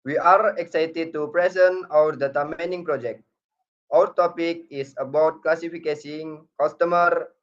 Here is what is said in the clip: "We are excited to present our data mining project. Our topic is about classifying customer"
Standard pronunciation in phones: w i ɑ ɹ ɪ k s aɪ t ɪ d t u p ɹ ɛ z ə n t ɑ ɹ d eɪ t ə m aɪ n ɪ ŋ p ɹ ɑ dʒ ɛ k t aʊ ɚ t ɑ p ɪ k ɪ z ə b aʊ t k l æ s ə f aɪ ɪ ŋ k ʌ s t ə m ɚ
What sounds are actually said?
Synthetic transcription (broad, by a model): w i ɑ ɹ ɪ k s aɪ t ɪ d t u p ɹ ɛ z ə n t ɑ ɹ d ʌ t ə m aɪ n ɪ ŋ p ɹ ɑ dʒ ɛ k t aʊ ɚ t ɑ p ɪ k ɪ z ə b aʊ t k l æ s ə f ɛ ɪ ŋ k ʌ s t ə m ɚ